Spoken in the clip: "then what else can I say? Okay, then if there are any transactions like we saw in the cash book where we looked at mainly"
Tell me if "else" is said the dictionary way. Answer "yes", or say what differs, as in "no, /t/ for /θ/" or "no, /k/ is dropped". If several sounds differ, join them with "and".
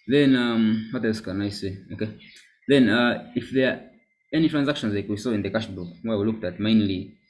no, /l/ is dropped